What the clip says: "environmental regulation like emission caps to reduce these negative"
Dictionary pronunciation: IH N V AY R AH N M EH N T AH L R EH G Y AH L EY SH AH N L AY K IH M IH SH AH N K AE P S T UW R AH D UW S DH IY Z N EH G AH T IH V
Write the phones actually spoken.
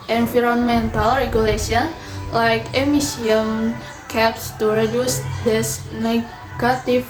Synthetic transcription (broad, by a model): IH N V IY R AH N M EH N T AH L R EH G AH L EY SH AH N L AY K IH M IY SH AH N K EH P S T UW R AH D UW S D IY S N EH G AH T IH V